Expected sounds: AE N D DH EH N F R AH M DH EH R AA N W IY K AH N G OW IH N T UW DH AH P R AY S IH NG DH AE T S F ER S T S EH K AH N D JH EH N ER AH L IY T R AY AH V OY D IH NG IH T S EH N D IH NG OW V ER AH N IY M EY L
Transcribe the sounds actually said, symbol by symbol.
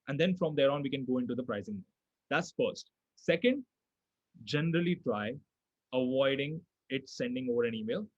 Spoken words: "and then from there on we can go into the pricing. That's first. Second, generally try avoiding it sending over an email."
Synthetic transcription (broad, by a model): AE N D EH N F R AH M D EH R AA N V IY K AH N G OW IH N T UW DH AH P R AY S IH NG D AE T S F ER S T S EH K AH N D JH EH N ER AH L IY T L AY AH V OY D IH NG IH T S EH N D IH NG OW V ER AH N IY M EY L